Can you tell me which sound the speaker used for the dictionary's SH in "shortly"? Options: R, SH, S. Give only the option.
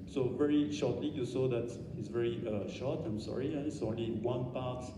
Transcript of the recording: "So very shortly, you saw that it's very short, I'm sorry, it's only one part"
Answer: SH